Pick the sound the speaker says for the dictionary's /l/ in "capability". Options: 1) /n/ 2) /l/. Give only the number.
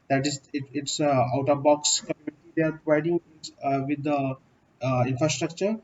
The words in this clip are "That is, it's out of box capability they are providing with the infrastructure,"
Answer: 1